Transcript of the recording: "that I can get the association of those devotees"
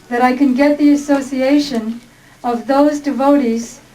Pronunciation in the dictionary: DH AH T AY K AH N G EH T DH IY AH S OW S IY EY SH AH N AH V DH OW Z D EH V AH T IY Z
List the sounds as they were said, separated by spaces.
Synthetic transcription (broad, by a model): DH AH T AY K AH N G EH T DH IY AH S OW S IY EY SH AH N AH V DH OW Z D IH V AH T IY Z